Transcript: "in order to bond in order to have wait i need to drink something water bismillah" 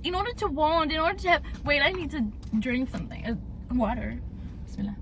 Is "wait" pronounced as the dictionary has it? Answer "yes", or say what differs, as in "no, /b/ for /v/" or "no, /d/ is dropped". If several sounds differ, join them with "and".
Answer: yes